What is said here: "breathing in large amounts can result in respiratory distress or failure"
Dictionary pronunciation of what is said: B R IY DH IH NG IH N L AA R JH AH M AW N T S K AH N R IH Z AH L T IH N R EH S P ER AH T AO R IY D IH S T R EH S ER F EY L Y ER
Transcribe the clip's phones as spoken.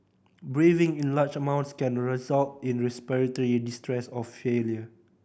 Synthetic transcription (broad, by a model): B R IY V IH NG IH N L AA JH AH M AW N T S K AH N R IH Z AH L T IH N R EH S P ER AH T AO R IY D IH S T R EH S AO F EY L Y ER